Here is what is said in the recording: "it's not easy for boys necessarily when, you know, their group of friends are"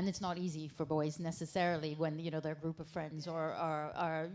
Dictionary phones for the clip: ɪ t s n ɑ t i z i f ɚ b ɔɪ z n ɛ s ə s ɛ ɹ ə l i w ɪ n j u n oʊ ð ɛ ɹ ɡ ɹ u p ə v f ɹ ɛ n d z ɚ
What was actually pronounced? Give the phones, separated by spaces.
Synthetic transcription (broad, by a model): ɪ t s n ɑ t i z i f ɚ b ɔɪ z n ɛ s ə s ɛ ɹ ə l i w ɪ n j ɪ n oʊ ð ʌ ɹ ɡ ɹ u p ə v f ɹ ɛ n d z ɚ